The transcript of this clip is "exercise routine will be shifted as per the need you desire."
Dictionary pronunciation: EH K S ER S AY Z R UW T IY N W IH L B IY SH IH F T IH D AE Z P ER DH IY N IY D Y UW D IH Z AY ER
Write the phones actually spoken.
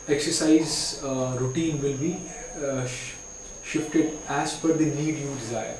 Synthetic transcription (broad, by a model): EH K S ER S AY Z R UW T IY N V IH L B IY SH IH F T IH D AE Z F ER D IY N IY D Y UW D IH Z AY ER